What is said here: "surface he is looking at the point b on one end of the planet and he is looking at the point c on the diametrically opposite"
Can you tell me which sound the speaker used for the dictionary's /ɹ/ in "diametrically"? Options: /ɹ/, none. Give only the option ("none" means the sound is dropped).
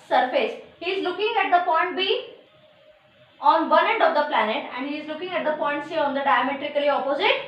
/ɹ/